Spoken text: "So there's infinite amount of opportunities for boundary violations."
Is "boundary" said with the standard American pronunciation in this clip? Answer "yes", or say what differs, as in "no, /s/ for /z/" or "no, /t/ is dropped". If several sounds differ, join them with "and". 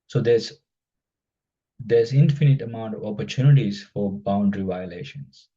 yes